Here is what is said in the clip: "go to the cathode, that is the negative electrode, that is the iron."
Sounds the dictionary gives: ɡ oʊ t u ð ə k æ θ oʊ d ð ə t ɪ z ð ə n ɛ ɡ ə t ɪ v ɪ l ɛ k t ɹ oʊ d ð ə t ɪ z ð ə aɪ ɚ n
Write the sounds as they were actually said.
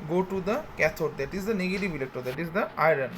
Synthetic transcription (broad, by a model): ɡ oʊ t u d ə k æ t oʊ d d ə t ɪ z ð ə n ɛ ɡ ə t ɪ v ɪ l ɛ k t oʊ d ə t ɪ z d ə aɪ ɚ n